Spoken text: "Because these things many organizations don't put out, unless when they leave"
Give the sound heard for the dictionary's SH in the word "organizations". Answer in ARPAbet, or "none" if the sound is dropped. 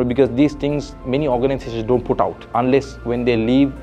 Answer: S